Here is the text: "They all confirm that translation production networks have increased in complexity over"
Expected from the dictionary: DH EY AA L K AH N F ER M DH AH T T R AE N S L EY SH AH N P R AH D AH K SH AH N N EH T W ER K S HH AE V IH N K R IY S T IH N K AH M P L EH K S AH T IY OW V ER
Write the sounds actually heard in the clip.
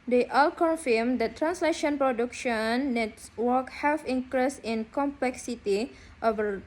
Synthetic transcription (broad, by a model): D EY AA L K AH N F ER M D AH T T R AE N S L EY SH AH N P R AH D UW K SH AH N N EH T W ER K HH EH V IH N K R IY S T IH N K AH M P L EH K S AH T IY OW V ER